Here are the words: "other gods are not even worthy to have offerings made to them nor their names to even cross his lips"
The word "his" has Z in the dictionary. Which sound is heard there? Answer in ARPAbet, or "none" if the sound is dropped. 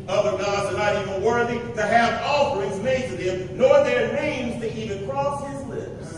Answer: Z